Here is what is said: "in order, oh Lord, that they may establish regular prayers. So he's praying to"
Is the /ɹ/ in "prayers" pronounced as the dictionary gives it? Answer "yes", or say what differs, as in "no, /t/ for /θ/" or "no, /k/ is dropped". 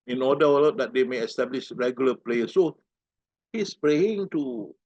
no, /l/ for /ɹ/